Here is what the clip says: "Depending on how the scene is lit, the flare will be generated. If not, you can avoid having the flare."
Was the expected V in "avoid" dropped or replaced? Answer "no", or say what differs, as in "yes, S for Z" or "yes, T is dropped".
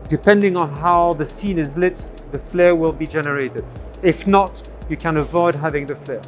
no